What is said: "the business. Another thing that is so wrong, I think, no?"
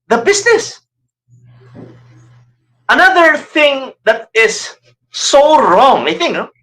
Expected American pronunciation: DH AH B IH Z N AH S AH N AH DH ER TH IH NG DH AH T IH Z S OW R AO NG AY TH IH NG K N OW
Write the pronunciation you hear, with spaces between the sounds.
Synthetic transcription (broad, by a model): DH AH B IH S N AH S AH N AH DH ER TH IH NG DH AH T IH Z S OW R AO NG AY TH IH NG K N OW